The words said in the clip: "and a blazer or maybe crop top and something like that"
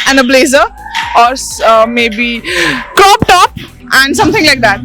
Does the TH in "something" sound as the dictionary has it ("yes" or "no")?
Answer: no